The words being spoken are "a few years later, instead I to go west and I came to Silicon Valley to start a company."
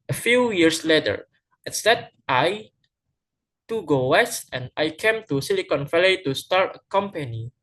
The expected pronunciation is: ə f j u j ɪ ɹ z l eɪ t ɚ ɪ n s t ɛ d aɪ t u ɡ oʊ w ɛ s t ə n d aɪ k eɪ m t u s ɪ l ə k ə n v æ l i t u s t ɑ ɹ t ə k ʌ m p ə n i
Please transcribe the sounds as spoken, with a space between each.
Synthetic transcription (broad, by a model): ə f j u j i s l eɪ t ɚ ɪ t s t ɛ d aɪ t u ɡ oʊ w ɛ s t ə n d aɪ k eɪ m t u s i l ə k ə n f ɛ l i t u s t ɑ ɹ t ə k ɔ m p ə n i